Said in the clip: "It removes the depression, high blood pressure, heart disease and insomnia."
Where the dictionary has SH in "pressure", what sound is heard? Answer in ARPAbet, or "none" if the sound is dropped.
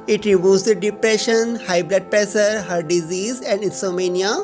S